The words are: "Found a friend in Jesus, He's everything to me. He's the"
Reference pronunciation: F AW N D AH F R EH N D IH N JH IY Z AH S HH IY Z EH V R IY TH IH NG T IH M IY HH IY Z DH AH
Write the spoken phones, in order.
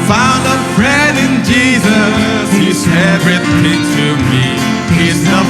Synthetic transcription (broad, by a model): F AW N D AH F R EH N D IH N JH IY Z AH S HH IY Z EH V R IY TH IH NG T IH M IY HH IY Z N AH